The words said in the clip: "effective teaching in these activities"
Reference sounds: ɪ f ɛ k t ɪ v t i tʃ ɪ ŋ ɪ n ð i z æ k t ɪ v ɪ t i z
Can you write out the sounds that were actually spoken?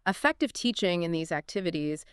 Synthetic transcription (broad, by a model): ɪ f ɛ k t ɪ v t i tʃ ɪ ŋ ɪ n ð i z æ k t ɪ v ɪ t i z